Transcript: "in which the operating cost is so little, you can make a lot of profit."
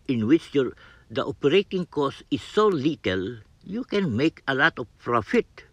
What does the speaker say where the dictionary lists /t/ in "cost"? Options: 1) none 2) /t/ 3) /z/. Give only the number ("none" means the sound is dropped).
1